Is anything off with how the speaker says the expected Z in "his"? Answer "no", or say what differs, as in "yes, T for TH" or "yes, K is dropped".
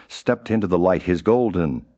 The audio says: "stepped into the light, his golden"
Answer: no